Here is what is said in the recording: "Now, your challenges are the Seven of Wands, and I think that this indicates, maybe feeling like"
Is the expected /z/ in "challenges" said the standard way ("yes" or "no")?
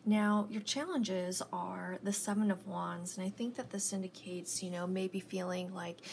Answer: yes